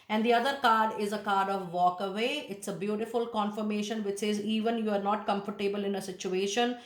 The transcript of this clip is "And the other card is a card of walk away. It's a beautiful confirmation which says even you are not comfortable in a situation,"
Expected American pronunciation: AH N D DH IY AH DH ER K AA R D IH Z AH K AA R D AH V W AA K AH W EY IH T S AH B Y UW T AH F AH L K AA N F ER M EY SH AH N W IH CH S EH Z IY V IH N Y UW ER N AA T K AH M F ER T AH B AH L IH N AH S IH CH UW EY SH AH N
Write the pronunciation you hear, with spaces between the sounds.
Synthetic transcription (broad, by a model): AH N D IY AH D ER K AA R D IH Z AH K AA R D AH V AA K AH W EY IH T S AH B Y UW T AH F AH L K AA N F ER M EY SH AH N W IH CH S EH Z IY V IH N Y UW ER N AA T K AH M F ER T AH B AH L IH N AH S IH CH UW EY SH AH N